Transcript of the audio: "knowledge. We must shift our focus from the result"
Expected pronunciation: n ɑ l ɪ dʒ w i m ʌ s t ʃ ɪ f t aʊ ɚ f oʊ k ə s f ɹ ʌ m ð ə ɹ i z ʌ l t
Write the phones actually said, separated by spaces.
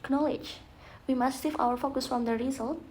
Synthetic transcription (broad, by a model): n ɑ l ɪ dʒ w i m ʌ s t s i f aʊ ɚ f oʊ k ə s f ɹ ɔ m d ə ɹ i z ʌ l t